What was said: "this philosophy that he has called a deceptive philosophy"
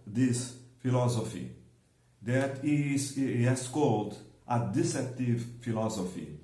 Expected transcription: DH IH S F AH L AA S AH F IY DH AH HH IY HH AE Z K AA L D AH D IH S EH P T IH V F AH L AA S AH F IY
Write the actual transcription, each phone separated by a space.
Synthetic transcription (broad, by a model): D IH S F AH L AA S AH F IY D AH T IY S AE S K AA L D AH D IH S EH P T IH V F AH L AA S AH F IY